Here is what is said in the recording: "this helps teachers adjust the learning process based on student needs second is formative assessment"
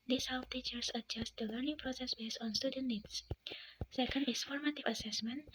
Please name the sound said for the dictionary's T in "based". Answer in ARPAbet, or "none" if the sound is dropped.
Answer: none